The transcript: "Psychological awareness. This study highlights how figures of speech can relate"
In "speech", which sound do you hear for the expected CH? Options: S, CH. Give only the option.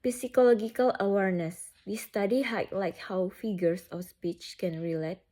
CH